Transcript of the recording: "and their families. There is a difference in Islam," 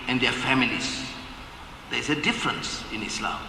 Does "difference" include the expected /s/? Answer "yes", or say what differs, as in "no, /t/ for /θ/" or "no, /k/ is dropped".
yes